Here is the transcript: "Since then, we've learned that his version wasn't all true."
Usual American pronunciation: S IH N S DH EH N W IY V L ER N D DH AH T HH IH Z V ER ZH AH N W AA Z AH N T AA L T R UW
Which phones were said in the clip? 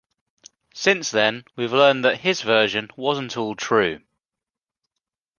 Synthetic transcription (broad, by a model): S IH N S DH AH N W IY V L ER N DH AH T HH IH Z V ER ZH AH N W AA Z AH N T AA L T R UW